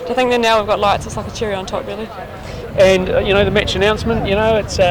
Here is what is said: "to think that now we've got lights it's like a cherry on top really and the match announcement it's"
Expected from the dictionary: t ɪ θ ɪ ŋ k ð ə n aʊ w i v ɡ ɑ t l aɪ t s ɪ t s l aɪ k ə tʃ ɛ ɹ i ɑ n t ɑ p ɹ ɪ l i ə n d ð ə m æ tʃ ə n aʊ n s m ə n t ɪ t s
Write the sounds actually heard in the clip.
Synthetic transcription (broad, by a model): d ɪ θ ɪ ŋ k ð ə n aʊ w i v ɡ ɑ t l aɪ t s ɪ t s l aɪ k ə tʃ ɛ ɹ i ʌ n t ɑ p ɹ ɪ l i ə n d ð ə m æ tʃ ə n aʊ n s m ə n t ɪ t s